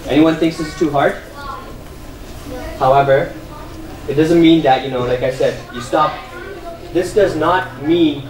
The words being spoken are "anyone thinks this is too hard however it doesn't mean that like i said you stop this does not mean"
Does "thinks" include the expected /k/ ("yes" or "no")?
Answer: yes